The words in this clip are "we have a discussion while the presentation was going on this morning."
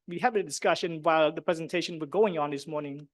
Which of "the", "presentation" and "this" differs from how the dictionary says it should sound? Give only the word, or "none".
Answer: none